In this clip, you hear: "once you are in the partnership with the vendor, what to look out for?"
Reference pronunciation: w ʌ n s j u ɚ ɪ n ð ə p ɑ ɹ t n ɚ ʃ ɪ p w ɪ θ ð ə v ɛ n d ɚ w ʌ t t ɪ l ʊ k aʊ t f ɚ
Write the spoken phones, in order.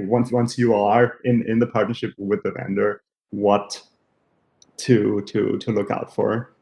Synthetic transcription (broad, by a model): w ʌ n s j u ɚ ɪ n ð ə p ɑ ɹ t n ɚ ʃ ɪ p w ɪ ð ə v ɛ n d ɚ w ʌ t t ɪ l ʊ k aʊ t f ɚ